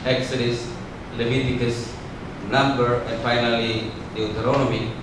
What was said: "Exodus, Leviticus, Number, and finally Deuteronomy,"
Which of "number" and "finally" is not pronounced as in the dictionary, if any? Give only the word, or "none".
number